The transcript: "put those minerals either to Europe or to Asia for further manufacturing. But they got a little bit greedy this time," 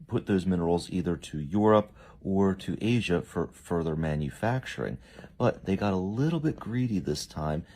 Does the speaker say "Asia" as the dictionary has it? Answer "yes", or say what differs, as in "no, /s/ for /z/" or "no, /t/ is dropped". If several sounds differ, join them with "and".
yes